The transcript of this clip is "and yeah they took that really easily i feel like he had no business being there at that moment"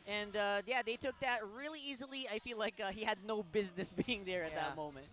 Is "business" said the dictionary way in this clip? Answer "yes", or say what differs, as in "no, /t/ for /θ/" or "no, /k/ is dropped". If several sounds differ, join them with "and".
yes